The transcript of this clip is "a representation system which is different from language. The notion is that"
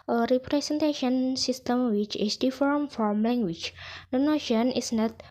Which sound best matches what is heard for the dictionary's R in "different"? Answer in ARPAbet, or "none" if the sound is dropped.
none